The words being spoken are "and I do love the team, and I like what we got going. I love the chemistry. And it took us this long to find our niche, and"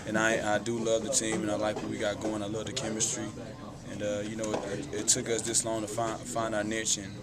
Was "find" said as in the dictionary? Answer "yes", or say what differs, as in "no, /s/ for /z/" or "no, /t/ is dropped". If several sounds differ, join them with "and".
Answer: yes